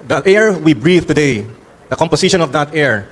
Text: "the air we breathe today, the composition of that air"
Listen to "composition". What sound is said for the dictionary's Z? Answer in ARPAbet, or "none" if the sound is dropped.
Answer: S